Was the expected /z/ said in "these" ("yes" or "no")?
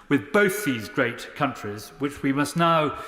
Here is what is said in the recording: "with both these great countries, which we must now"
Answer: yes